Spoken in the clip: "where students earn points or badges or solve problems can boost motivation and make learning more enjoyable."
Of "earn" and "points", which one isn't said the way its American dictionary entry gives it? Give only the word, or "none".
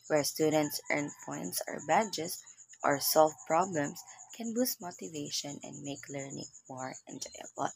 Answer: none